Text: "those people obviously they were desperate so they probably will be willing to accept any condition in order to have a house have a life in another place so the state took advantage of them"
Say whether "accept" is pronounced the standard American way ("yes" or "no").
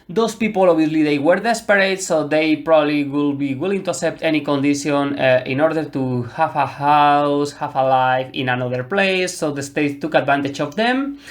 no